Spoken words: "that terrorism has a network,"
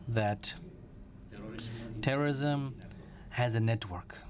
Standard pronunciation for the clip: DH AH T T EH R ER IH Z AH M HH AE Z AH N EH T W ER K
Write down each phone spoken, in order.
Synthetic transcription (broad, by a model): DH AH T T EH R ER IH Z AH M HH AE Z AH N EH T W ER K